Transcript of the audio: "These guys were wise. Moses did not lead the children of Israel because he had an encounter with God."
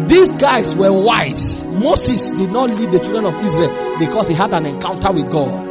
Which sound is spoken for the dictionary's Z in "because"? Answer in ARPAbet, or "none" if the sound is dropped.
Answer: S